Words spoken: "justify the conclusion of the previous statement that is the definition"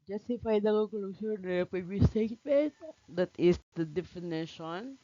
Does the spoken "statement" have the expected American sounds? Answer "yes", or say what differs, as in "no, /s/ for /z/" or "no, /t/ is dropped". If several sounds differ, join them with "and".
no, /n/ is dropped